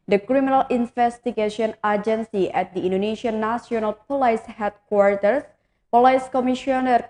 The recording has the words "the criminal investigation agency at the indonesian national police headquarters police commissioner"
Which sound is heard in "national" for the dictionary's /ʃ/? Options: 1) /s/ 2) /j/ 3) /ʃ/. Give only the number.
1